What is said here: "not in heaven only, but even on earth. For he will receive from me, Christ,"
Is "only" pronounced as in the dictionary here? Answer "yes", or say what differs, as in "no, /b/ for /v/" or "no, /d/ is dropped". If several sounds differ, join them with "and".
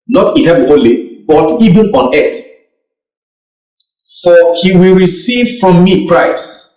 no, /n/ is dropped